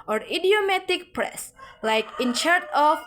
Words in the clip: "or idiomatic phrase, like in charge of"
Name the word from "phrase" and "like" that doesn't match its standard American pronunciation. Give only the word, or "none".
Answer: phrase